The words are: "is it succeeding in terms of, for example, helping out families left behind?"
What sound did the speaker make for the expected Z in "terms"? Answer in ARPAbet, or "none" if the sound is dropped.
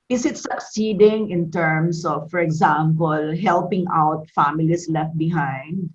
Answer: S